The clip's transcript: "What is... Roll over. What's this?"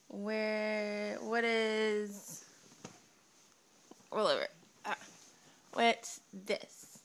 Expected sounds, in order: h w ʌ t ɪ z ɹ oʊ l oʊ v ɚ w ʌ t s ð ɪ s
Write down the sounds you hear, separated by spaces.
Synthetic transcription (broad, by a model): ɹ w ʌ t ɪ z w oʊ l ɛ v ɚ w ʌ t s ð ɪ s